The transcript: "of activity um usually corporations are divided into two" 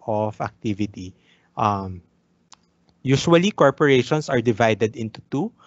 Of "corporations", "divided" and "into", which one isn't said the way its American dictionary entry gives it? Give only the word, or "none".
corporations